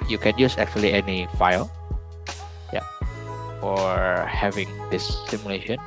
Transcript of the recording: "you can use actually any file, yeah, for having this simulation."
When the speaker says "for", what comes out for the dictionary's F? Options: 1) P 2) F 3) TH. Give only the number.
1